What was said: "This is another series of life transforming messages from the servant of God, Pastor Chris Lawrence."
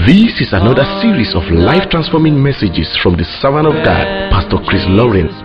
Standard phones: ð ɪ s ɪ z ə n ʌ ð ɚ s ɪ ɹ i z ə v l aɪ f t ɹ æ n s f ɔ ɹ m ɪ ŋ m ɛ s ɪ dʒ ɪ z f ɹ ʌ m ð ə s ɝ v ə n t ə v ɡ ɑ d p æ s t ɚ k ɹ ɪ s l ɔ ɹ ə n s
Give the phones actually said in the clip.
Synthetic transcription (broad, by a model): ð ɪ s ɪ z ə n ʌ ð ɚ s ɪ ɹ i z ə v l aɪ f t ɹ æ n s f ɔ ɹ m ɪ ŋ m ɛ s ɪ dʒ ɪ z f ɹ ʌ m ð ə s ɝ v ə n ə v ɡ ɑ d p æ s t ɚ k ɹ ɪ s l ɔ ɹ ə n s